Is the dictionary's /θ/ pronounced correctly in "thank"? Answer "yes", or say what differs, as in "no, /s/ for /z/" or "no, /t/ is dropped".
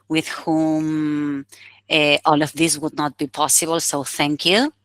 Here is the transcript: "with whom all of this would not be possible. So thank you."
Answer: yes